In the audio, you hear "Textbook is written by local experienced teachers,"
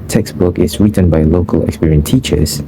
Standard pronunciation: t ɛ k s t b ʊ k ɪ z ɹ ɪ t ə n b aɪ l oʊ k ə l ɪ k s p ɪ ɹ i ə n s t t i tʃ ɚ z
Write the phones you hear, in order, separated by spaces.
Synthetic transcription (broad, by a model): t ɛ k s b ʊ k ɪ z ɹ ɪ t ə n b aɪ l oʊ k ə l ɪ k s p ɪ ɹ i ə n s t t i tʃ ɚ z